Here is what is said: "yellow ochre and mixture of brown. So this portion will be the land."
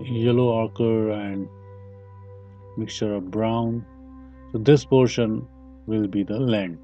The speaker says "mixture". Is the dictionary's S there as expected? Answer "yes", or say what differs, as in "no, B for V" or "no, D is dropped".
yes